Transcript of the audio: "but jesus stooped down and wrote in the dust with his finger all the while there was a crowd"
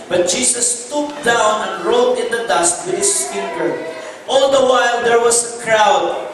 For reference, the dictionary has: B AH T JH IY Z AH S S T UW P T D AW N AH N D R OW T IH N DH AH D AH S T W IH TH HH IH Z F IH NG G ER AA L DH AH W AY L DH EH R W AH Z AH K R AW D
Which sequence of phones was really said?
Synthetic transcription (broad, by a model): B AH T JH IY S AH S S T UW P D AW N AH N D R OW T IH N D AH D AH S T W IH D HH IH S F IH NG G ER AA L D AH W AY L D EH R W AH S AH K R AW D